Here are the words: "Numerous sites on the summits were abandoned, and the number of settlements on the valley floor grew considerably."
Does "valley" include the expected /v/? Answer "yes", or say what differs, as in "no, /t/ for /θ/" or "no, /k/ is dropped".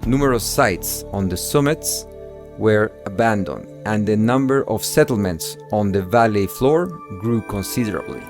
yes